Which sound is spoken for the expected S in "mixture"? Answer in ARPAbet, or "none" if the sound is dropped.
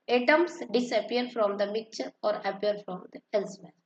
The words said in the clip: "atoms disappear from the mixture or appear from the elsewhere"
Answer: none